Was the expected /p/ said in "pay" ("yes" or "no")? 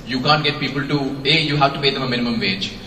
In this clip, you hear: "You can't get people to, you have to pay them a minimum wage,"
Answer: no